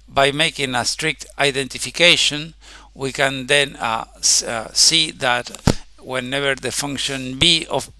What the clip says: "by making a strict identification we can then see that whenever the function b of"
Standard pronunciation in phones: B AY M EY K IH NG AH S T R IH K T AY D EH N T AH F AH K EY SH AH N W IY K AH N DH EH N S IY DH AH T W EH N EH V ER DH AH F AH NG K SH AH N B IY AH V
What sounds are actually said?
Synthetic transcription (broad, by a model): B AY M EY K IH NG AH S T R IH K T AY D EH N T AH F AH K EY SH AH N W IY K AH N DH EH N S IY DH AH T W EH N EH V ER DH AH F AH NG K SH AH N B IY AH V